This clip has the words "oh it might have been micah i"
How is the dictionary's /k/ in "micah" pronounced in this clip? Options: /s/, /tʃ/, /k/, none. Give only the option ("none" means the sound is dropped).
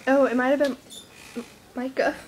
/k/